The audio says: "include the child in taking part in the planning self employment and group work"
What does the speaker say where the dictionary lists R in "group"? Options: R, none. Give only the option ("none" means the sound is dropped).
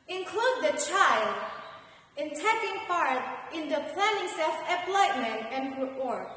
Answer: none